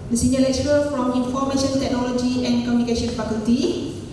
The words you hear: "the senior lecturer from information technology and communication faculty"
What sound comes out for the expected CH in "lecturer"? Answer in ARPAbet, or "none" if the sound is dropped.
S